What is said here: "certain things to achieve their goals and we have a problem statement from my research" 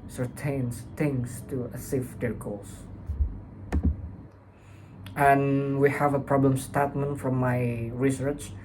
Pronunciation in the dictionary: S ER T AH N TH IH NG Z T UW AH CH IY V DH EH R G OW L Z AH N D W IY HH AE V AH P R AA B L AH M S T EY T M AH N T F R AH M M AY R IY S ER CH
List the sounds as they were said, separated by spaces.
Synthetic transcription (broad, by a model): S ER T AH N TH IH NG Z T UW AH S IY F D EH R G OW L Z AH N W IY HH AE V AH P R AA B L AH M S T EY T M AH N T F R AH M M AY R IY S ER CH